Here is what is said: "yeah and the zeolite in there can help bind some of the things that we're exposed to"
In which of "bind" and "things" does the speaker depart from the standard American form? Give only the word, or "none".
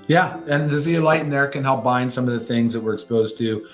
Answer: none